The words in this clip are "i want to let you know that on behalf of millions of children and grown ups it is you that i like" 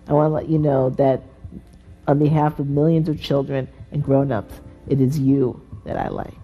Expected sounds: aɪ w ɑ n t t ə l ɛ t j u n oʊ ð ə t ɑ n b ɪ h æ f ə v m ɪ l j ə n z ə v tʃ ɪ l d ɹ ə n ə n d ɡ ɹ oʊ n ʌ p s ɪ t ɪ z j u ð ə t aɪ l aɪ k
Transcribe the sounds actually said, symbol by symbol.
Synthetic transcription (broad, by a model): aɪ w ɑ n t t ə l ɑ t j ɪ n oʊ ð ə t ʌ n b ɪ h æ f ə v m ɪ l j ə n z ə v tʃ ɪ l d ɹ ə n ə n ɡ ɹ oʊ n ʌ p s ɪ t ɪ z j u ð ə t aɪ l aɪ k